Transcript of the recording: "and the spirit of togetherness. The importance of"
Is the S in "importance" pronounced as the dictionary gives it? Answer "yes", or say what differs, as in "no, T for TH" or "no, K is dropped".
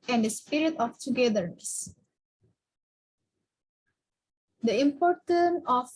no, S is dropped